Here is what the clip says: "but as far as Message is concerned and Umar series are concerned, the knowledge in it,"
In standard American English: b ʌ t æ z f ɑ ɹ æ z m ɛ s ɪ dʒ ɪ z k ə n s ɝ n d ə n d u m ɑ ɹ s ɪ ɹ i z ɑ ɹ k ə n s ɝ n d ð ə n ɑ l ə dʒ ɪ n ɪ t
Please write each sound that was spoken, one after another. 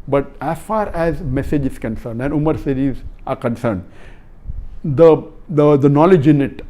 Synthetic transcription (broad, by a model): b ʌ t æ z f ɑ ɹ æ z m ɛ s ɪ dʒ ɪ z k ə n s ɝ n d ə n d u m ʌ ɹ s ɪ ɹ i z ɑ ɹ k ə n s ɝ n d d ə n ɑ l ə dʒ ɪ n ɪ t